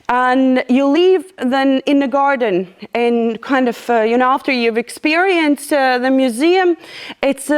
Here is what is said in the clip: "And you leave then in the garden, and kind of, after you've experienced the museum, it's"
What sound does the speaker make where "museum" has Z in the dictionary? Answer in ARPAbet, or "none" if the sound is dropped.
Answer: Z